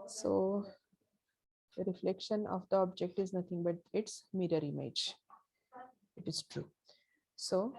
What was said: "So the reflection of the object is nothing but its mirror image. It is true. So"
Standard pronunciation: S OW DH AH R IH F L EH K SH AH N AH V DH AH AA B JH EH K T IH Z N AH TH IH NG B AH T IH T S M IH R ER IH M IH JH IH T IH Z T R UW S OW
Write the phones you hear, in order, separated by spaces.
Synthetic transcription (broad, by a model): S OW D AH R IH F L EH K SH AH N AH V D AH AA B JH EH K T IH Z N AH T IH NG B AH T IH T S M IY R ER IH M IH JH IH T IH Z T R UW S OW